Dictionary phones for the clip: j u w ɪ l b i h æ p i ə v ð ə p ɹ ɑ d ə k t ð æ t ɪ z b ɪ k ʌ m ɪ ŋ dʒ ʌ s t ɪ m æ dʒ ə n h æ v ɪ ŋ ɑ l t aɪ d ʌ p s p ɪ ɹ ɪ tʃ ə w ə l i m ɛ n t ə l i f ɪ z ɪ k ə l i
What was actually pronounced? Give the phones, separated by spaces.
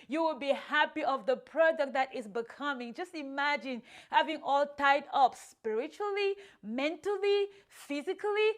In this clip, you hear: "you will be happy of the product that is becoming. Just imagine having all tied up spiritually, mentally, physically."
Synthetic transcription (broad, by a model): j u w ɪ l b i h æ p i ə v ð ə p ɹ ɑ d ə k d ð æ t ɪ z b ɪ k ʌ m ɪ ŋ dʒ ʌ s t ɪ m æ dʒ ə n h æ v ɪ ŋ ɑ l t aɪ d ʌ p s p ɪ ɹ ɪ tʃ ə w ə l i m ɛ n t ə l i f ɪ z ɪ k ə l i